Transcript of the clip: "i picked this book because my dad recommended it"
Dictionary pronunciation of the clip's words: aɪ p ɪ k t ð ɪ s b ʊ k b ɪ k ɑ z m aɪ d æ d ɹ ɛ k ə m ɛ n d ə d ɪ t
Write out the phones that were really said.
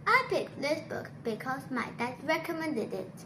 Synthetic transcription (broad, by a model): aɪ p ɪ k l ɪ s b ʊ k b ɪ k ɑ s m aɪ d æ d ɹ ɛ k ə m ɛ n d ə d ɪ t